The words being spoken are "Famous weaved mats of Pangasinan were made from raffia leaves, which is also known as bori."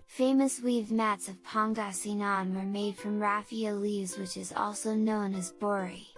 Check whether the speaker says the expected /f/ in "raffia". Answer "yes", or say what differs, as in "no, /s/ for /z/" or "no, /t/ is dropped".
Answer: yes